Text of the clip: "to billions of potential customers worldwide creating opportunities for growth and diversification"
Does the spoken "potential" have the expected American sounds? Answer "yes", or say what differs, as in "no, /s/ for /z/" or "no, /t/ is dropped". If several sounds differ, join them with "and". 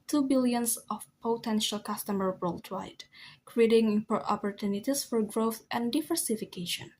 yes